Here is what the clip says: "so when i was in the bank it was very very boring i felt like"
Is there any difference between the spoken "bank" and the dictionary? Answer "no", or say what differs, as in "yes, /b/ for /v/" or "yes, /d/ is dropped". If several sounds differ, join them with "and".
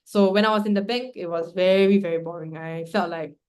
yes, /ŋ/ is dropped